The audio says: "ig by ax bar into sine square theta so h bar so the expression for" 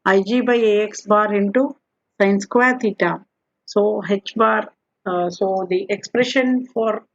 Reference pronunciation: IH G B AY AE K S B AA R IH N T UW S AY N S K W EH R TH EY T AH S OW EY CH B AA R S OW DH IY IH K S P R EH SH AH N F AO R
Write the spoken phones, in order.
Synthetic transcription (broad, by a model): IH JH B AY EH K S B AA R IH N T UW S AY N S K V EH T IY T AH S OW EY CH B AA R S OW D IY IH K S P R EH SH AH N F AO R